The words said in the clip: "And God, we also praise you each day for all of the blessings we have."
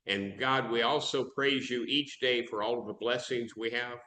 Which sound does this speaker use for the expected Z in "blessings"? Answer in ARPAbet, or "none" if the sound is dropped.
Z